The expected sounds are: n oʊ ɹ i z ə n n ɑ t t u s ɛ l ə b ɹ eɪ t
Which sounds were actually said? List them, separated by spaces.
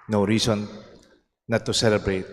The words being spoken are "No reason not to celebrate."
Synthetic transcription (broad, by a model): n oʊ ɹ i s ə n n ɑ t t u s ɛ l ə b ɹ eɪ t